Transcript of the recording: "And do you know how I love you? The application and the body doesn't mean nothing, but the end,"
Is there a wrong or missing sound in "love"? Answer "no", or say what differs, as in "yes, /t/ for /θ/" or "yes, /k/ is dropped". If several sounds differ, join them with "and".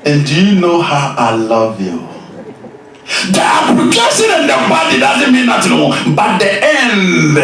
no